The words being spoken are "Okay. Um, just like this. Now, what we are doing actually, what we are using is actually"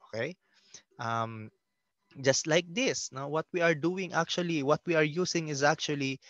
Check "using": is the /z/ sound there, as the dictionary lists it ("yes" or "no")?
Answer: no